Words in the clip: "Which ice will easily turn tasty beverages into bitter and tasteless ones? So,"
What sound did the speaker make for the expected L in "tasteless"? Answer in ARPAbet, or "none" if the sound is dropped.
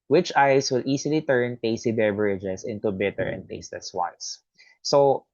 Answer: none